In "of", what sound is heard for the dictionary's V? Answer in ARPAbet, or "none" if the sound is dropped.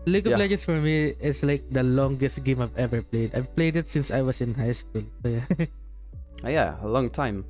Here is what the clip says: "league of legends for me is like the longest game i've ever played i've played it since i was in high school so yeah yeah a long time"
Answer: P